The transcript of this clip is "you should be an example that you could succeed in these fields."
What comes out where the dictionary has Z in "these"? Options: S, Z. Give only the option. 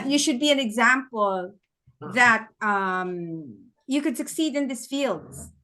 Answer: S